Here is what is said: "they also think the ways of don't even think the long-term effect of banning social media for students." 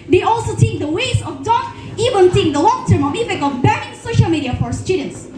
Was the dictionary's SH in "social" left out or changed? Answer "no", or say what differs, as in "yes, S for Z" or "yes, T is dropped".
no